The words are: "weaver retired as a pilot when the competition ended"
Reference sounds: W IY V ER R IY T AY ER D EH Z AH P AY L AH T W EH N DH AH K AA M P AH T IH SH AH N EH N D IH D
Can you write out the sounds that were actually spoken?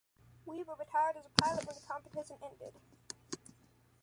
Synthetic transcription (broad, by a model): W IY W ER R IY T AY ER D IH Z AH P AY L AH T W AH N DH AH K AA M P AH T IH S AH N EH N D IH D